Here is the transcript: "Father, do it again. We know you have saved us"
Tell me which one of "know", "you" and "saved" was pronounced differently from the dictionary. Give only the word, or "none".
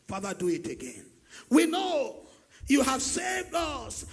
none